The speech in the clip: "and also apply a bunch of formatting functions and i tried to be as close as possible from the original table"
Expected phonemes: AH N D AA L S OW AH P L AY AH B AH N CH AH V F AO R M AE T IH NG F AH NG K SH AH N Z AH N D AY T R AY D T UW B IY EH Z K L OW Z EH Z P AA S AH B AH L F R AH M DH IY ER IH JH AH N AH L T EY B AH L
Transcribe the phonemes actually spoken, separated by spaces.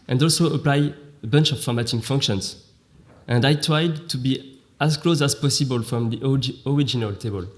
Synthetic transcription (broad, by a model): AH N D AA L S OW AH P L AY AH B AH N CH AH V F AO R M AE T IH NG F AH NG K SH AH N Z AH N D AY T R AY D T UW B IY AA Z K L OW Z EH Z P AA S AH B AH L F R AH M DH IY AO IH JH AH N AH L T EY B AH L